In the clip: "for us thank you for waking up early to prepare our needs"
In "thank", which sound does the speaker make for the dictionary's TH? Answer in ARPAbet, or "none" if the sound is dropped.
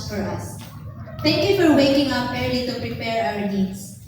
T